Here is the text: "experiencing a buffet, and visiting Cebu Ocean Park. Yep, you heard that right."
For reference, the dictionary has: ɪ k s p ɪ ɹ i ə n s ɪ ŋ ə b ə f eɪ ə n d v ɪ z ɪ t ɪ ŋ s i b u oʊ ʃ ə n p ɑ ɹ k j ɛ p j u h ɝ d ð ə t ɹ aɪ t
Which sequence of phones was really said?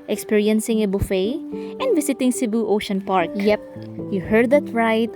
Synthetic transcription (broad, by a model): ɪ k s p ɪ ɹ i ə n s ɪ ŋ ə b ə f eɪ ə n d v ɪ s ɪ t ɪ ŋ s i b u oʊ ʃ ə n p ɑ ɹ k j ɛ p j u h ɝ d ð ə t ɹ aɪ t